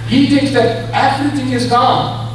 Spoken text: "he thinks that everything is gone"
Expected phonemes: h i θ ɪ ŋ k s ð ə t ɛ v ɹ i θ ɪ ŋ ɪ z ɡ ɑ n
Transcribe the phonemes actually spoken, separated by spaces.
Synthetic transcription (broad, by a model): h i θ ɪ ŋ k s ð ə t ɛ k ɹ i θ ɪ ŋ ɪ z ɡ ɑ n